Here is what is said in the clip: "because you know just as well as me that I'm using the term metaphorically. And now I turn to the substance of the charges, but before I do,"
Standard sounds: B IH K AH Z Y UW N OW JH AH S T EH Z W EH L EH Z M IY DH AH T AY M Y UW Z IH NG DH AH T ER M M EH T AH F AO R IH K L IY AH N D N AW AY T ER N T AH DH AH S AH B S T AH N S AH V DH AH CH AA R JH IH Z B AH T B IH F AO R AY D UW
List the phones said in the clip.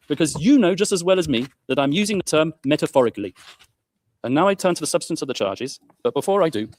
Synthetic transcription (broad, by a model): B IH K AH Z Y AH N OW JH AH S T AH Z W EH L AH Z M IY DH AH T AY M Y UW Z IH NG DH AH T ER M M EH T AH F AO R IH K L IY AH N N AW AY T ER N T AH DH AH S AH B S T AH N S AH V DH AH CH AA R JH IH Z B AH T B IH F AO R AY D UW